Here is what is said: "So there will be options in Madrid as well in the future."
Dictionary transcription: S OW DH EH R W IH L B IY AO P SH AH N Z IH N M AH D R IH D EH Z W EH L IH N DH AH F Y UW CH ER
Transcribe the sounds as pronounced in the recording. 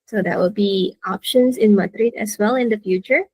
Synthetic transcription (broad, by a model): S OW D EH W IH L B IY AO P SH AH N S IH N M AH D R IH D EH S W EH L IH N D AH F Y UW CH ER